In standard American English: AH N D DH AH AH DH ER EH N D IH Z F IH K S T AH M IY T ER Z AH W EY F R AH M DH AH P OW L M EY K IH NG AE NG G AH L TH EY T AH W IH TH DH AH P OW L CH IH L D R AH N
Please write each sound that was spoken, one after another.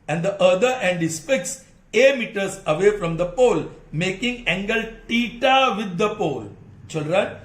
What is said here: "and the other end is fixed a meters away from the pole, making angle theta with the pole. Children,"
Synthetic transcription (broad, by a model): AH N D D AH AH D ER EH N D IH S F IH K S AH M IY T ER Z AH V EY F R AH M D AH P OW L M EY K IH NG AE NG G AH L T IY T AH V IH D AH P OW L CH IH L D R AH N